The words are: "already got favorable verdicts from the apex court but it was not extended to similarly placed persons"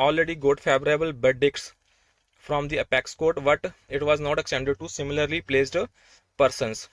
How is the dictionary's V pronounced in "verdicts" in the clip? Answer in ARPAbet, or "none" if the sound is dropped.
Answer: B